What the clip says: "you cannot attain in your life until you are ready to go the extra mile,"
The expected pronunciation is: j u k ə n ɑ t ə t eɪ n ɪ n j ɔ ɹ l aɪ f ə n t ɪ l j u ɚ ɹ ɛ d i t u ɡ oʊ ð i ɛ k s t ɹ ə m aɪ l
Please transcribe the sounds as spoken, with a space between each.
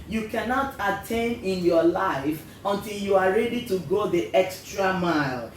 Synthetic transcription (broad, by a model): j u k ə n ɑ t ə t eɪ n ɪ n j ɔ l aɪ f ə n t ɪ l j u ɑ ɹ ɛ d i t u ɡ oʊ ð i ɛ k s t ɹ ə m aɪ l